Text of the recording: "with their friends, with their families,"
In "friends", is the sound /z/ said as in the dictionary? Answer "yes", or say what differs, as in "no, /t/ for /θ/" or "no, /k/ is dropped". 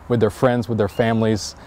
yes